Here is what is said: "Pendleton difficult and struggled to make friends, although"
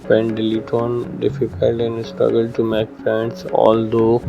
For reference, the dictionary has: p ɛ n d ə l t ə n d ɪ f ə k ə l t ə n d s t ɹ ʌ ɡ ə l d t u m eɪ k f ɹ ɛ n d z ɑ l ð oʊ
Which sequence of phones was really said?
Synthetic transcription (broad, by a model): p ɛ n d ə l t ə n d ɪ f ə k ə l t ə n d s t ɹ ʌ ɡ ə l d t u m eɪ k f ɛ n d s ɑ l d oʊ